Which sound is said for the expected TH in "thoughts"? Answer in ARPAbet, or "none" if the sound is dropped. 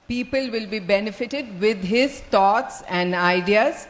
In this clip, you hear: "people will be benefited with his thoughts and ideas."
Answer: T